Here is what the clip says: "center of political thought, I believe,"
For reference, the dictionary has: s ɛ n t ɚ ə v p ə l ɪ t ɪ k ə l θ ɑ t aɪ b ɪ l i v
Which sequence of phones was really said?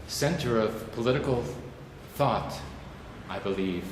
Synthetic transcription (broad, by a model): s ɛ n t ɚ ə v p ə l ɪ t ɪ k l θ ɑ t aɪ b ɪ l i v